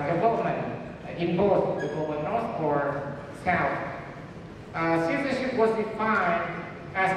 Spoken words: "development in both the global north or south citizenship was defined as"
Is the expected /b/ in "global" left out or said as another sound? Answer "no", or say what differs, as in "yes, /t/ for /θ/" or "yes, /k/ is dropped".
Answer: yes, /b/ is dropped